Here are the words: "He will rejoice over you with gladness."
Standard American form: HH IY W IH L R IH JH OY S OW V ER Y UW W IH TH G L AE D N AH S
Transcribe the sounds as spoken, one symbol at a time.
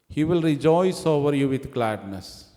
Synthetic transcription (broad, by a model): HH IY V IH L R IH JH OY S OW V ER Y UW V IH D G L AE D N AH S